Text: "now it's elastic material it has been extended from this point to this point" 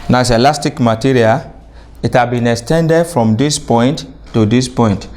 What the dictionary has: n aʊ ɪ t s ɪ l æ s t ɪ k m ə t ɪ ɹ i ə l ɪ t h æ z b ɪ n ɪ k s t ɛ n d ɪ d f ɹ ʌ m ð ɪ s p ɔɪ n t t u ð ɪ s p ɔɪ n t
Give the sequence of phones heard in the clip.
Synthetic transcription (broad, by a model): n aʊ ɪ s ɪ l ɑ s t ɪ k m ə t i ɹ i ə l ɪ t h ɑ b ɪ n ɪ k s t ɛ n d ɪ d f ɹ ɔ m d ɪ s p ɔɪ n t t u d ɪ s p ɔɪ n t